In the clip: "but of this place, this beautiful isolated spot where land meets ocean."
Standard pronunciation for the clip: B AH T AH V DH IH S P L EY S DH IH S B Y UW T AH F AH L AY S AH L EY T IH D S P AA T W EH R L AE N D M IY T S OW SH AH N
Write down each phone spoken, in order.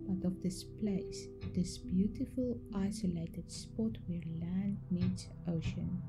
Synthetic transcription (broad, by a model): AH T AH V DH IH S P L EY S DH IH S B Y UW T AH F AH L AY S AH L EY T IH D S P AA T W EH R L AE N D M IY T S OW SH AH N